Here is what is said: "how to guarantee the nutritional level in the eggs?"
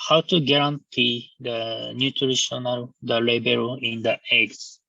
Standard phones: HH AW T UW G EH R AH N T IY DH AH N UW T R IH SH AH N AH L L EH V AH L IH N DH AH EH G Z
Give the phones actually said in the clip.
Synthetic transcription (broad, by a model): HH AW T UW G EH R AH N T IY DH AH N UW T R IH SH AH N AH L L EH B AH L IH N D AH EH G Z